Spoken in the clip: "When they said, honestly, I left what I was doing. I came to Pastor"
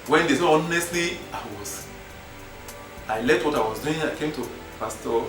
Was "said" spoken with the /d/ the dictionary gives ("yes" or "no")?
no